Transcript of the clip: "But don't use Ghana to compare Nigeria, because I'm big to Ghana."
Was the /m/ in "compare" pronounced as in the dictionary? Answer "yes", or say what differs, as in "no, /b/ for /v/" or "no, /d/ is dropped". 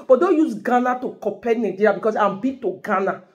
no, /m/ is dropped